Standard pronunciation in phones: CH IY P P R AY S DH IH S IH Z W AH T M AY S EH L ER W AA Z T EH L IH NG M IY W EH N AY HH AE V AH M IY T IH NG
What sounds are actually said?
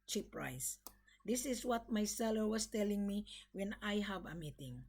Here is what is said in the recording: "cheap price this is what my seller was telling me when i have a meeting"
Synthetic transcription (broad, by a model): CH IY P P R AY S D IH S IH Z W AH T M AY S EH L ER W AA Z T EH L IH NG M IY W EH N AY HH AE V AH M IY T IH NG